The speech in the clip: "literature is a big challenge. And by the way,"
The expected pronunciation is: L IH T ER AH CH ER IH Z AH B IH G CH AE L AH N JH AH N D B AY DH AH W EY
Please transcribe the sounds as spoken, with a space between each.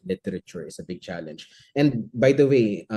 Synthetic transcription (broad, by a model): L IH T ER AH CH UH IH S AH B IH G CH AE L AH N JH AH N D B AY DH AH W EY